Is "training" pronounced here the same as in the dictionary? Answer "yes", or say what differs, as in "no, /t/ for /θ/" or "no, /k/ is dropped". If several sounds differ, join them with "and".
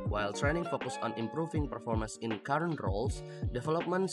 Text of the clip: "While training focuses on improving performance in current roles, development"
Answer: yes